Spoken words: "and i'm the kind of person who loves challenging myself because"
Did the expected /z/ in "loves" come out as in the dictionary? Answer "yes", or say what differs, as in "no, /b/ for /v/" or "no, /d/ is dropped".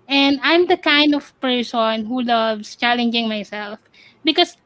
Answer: no, /s/ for /z/